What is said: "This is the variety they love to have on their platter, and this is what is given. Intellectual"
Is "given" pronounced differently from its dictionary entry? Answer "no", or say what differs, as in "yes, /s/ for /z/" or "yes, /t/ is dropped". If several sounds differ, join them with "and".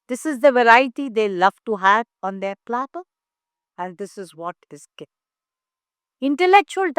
yes, /v/ is dropped